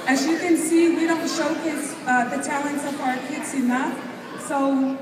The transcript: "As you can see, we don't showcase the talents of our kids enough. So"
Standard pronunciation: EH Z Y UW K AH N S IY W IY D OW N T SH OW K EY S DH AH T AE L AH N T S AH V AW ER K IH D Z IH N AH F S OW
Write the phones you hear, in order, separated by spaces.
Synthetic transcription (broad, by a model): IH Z Y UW K AH N S IY W IY D OW N T SH OW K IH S DH AH T AE L AH N T S AH V AW ER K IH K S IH N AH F S OW